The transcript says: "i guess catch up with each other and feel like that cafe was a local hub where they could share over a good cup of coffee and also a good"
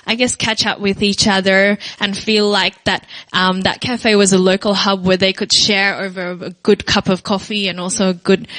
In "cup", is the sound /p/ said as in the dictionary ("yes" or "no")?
yes